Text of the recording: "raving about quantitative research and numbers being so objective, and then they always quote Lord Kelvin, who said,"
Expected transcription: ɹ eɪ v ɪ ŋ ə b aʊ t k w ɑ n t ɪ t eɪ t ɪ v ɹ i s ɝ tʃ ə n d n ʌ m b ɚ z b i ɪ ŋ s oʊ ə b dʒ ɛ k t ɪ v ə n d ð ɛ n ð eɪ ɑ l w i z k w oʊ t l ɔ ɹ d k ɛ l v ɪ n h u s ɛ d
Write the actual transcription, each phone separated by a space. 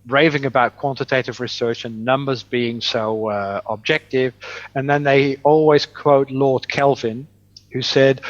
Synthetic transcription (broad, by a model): ɹ eɪ v ɪ ŋ ə b aʊ t k w ɑ n t ɪ t eɪ t ɪ v ɹ i s ɝ tʃ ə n n ʌ m b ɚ z b i ɪ ŋ s oʊ ə b dʒ ɛ k t ɪ v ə n ð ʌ n ð eɪ ɑ l w i z k w oʊ t l ɔ ɹ d k ɛ l v ɪ n h u s ɛ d